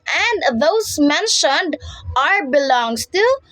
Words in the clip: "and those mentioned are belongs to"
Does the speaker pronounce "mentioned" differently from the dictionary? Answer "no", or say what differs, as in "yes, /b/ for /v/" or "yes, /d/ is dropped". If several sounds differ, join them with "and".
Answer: no